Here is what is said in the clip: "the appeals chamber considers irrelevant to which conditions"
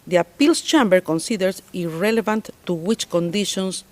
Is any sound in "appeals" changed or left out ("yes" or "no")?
yes